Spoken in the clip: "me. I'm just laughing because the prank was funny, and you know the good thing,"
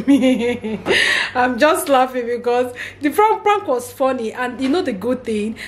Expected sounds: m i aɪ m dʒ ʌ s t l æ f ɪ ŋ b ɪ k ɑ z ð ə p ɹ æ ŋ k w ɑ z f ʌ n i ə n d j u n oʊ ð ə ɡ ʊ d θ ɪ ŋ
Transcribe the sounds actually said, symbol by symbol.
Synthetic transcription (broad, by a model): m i aɪ m dʒ ʌ s t l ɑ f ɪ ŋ b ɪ k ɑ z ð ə f ɹ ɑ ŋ k w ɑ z f ʌ n i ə n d j u n oʊ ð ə ɡ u d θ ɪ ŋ